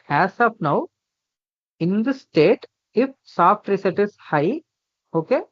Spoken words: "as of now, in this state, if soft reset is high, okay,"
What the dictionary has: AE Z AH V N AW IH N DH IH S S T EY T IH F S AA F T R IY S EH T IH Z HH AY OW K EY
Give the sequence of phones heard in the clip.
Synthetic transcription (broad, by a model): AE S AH P N AW IH N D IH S S T EY T IH F S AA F T R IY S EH T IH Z HH AY OW K EY